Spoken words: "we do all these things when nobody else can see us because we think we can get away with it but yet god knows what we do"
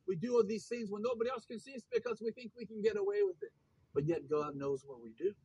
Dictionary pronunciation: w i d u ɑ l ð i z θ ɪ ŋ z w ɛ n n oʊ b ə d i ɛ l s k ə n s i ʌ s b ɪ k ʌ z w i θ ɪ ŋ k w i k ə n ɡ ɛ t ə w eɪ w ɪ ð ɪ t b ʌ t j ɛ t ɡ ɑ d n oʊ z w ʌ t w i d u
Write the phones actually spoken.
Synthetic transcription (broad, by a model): w i d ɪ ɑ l ð i z θ ɪ ŋ z w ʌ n n oʊ b ə d i ɛ l s k ə n s i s b ɪ k ʌ z w i θ ɪ ŋ k w i k ə n ɡ ɛ t ə w eɪ w ɪ ð ɪ t b ʌ t j ɛ t ɡ ɑ d n oʊ z w ʌ t w i d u